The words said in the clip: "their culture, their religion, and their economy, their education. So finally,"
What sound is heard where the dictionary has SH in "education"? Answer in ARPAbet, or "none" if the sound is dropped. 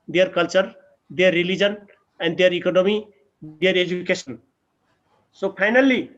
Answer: S